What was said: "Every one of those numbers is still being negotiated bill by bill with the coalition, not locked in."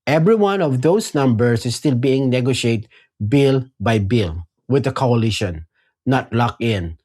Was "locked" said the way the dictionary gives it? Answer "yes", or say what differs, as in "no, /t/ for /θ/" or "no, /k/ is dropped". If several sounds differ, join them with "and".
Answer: no, /t/ is dropped